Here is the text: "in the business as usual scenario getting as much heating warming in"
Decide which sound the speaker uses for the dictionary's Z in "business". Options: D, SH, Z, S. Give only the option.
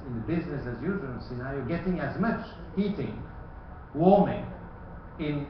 Z